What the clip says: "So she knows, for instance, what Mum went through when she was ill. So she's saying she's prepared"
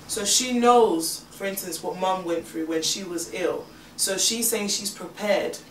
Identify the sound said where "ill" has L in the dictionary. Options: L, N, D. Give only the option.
L